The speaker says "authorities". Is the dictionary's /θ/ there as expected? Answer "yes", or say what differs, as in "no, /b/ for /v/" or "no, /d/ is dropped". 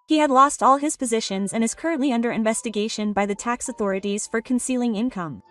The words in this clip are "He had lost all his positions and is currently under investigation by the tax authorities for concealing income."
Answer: yes